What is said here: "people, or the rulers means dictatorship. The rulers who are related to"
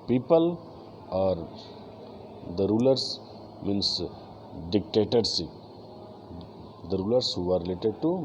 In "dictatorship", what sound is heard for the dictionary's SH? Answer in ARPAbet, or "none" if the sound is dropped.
S